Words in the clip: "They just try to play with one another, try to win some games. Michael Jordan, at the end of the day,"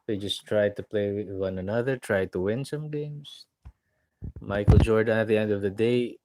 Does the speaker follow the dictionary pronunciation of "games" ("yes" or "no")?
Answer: no